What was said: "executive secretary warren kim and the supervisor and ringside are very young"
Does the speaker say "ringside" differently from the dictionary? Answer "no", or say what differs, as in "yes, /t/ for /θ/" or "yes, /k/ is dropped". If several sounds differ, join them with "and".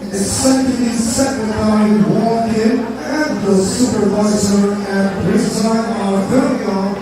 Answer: yes, /ŋ/ is dropped